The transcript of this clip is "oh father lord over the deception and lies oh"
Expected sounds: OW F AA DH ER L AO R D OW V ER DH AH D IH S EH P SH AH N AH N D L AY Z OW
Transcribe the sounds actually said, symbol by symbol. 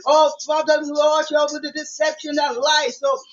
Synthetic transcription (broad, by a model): OW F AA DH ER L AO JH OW ER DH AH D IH S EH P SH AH N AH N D L AY S OW